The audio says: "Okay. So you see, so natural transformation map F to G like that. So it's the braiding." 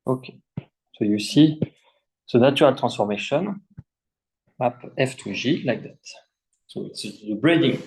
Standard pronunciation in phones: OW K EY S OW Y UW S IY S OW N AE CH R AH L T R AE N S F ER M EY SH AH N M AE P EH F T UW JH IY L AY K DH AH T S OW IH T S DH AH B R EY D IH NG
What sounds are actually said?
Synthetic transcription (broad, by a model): OW K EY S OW Y UW S IY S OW N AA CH R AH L T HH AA S F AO M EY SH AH N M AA P EH F T UW ZH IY L AY K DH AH T S OW IH T S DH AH B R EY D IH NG